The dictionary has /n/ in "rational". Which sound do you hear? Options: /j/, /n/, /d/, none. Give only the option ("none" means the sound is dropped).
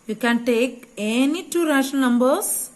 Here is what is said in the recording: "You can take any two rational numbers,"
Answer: none